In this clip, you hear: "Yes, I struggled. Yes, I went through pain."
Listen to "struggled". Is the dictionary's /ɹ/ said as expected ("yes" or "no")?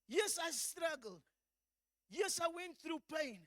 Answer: yes